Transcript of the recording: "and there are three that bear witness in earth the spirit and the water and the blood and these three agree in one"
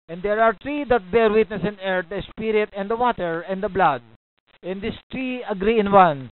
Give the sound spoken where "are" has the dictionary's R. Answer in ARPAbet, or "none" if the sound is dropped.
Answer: R